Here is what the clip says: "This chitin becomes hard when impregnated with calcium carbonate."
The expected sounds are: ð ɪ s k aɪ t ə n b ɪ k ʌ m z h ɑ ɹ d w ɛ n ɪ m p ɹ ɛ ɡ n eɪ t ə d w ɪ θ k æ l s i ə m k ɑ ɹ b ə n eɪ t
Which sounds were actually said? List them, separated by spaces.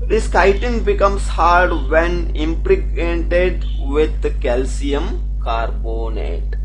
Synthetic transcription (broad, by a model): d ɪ s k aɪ t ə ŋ b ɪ k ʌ m s h ɑ ɹ d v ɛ n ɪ m p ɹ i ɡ eɪ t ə d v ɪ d k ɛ l s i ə m k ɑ ɹ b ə n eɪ t